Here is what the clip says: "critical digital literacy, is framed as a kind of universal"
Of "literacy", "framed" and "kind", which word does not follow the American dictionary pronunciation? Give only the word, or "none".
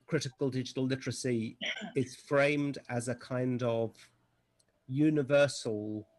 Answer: none